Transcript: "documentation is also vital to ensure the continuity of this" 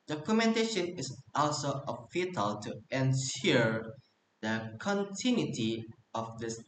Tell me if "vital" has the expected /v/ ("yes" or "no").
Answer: no